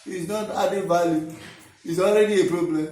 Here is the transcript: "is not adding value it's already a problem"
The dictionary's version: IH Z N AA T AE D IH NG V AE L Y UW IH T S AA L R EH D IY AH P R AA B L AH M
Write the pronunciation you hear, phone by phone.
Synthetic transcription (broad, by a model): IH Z N AA T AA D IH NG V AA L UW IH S AA L R EH D IY AH P R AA B L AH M